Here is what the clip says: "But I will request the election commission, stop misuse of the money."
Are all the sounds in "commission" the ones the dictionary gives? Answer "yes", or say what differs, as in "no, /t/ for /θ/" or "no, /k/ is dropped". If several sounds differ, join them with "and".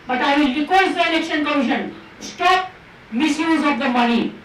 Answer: no, /m/ is dropped